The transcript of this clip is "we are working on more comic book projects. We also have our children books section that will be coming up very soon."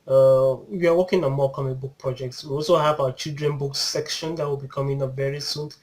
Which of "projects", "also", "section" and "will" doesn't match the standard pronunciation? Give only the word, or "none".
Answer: none